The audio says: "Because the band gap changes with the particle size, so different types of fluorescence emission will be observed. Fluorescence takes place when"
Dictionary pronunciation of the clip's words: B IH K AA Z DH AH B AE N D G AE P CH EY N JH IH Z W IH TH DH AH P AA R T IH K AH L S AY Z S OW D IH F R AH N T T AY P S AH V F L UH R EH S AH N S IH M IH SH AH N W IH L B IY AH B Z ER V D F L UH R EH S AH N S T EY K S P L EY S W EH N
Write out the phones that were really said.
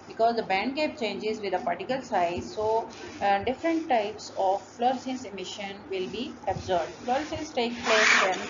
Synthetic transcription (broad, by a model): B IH K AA Z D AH B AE N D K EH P CH EY N JH IH Z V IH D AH P AA R T IH K AH L S AY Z S OW D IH F R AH N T T AY P S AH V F L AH R S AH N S IH M IH SH AH N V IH L B IY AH B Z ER B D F L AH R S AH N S T EY K P L EY S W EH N